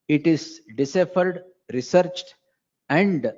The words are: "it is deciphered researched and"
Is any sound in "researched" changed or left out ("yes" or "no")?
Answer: no